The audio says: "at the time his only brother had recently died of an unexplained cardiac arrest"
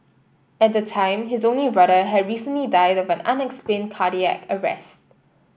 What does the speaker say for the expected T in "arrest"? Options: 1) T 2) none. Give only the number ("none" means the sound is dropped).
1